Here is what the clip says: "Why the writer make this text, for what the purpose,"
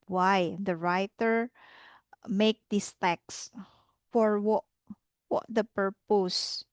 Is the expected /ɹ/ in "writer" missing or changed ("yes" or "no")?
no